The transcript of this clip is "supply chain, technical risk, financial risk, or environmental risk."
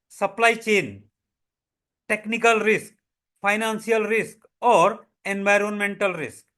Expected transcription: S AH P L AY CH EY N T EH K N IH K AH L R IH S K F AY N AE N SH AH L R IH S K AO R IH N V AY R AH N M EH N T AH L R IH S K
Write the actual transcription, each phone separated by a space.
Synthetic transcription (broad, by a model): S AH P L AY CH EY N T EH K N IH K AH L R IH S K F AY N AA N S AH L R IH S K AO R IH N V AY R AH N M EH N T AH L R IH S K